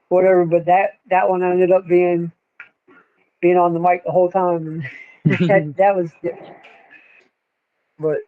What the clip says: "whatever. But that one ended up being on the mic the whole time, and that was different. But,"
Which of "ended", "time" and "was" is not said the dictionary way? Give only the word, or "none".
none